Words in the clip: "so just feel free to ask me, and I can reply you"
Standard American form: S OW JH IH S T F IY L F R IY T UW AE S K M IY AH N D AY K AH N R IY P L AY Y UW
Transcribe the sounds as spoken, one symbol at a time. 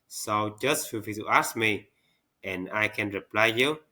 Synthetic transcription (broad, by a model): S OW JH IH S T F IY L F IY T UW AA S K M IY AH N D AY K AH N R IY P L AY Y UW